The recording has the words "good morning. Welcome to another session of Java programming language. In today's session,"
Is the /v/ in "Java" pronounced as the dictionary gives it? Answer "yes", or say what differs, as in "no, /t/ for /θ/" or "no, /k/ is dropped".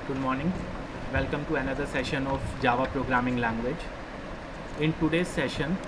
yes